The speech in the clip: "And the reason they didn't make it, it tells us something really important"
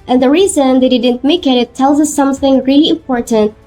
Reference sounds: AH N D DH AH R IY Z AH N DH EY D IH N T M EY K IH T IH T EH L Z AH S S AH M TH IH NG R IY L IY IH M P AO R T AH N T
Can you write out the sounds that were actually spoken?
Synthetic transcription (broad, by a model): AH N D DH AH R IY Z AH N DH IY D IH N T M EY K IH T IH T EH L Z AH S S AH M TH IH NG R IY L IY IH M P AO R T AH N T